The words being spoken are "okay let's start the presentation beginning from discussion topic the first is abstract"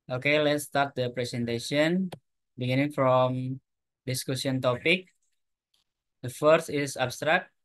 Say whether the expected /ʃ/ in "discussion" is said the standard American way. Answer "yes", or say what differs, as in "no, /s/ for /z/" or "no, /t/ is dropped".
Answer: no, /s/ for /ʃ/